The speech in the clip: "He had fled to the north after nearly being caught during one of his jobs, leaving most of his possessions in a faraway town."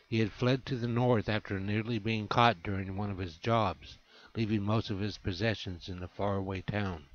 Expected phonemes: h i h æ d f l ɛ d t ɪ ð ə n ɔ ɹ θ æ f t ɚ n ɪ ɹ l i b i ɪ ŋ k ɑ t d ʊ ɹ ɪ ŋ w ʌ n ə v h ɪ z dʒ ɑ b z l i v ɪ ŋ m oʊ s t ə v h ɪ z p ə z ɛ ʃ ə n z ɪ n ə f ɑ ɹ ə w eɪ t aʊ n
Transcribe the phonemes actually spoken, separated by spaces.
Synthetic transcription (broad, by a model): h i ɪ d f l ɛ d t ɪ ð ə n ɔ ɹ θ æ f t ɚ n ɪ ɹ l i b i ɪ ŋ k ɑ t d ʊ ɹ ɪ ŋ w ʌ n ə v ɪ z dʒ ɑ b z l i v ɪ ŋ m oʊ s t ə v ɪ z p ə z ɛ ʃ ə n z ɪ n ə f ɑ ɹ w eɪ t aʊ n